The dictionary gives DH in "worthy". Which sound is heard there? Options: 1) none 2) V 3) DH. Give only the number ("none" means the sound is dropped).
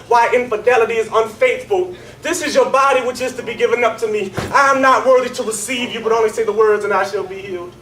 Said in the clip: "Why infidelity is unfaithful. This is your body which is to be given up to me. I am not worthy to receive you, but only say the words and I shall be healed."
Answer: 3